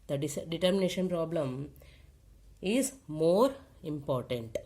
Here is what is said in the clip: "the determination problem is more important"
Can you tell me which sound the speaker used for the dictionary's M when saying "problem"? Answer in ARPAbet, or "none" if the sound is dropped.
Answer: M